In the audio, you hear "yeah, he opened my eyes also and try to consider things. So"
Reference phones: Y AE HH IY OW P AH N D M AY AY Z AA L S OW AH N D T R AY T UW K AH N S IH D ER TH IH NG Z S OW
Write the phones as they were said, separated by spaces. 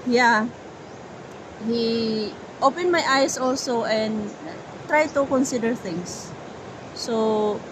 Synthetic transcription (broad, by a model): Y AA HH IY OW P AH N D M AY AY S AA L S OW AH N D T R AY T UW K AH N S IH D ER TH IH NG S OW